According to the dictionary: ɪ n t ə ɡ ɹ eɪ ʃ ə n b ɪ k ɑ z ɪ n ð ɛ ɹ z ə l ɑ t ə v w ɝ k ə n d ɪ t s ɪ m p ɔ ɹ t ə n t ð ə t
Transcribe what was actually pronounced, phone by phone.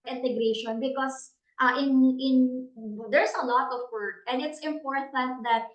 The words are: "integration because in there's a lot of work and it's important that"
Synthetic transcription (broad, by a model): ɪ n t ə ɡ ɹ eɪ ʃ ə n b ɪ k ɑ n ɪ n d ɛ ɹ s ə l ɑ t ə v w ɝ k ə n d ɪ t s ɪ m p ɔ ɹ t ə n t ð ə t